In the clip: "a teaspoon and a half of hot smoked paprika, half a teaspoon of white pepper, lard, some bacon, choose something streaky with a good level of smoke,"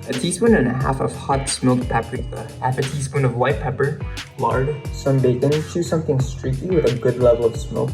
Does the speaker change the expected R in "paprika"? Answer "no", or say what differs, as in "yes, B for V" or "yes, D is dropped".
yes, R is dropped